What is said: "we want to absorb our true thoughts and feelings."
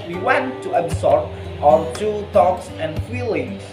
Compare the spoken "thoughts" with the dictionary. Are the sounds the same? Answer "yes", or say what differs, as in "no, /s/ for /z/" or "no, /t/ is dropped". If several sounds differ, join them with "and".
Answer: no, /t/ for /θ/